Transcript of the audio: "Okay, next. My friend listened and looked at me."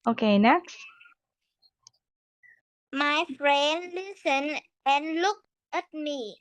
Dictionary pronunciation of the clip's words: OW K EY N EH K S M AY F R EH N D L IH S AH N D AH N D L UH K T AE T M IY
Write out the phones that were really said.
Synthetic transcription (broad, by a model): OW K EY N EH K S M AY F R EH N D L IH S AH N AH N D L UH K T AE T M IY